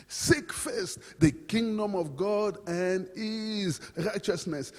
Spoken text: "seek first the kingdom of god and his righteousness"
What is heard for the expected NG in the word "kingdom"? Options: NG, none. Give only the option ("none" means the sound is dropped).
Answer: NG